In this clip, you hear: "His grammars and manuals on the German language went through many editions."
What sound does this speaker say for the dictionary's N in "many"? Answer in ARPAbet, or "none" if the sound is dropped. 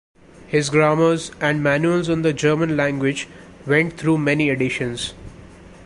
N